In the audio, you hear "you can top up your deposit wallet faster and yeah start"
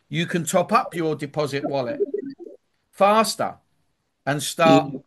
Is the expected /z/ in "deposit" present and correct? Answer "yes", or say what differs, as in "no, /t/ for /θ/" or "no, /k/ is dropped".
yes